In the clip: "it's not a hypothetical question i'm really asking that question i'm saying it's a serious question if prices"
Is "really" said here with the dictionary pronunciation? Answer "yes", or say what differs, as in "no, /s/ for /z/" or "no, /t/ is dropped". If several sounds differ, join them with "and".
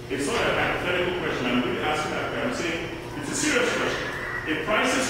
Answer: no, /l/ is dropped